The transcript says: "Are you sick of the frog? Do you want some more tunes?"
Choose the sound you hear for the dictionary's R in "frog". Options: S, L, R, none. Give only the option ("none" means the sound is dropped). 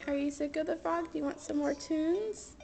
none